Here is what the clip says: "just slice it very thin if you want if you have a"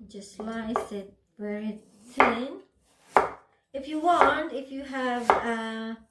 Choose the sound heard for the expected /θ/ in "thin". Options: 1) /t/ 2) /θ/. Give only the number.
1